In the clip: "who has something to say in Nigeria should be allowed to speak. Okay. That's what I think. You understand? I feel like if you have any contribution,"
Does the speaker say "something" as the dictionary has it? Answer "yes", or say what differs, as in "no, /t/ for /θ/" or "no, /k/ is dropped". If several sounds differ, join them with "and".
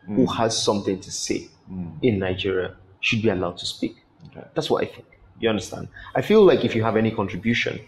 yes